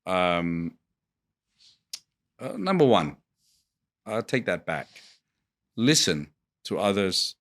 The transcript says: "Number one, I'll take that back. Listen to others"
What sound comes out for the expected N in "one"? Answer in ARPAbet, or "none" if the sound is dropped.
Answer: N